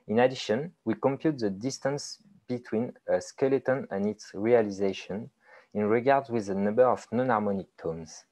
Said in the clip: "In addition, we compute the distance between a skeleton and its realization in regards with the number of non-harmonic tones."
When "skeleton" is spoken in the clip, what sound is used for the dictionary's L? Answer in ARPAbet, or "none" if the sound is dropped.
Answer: L